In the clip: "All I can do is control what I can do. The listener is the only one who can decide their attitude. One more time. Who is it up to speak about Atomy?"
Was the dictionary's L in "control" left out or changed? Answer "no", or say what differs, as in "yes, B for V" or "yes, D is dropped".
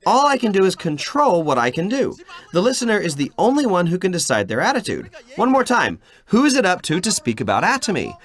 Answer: no